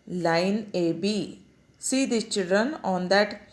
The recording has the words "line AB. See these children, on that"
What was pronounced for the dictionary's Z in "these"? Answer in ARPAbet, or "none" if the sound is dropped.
none